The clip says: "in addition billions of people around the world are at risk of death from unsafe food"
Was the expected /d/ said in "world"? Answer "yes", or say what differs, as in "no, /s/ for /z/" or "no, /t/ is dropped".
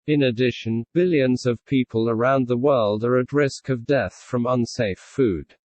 yes